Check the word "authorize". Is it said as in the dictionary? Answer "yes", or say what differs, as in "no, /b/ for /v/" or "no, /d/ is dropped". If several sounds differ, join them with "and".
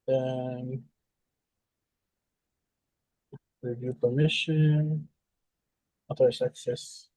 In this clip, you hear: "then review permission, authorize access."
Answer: no, /t/ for /θ/ and /s/ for /z/